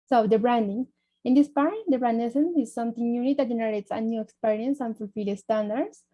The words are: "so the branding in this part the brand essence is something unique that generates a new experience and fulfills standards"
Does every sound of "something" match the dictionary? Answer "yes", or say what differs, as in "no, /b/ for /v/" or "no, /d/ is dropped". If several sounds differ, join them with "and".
no, /t/ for /θ/